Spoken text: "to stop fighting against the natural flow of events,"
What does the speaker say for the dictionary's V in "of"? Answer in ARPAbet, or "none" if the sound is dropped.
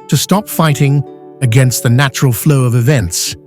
V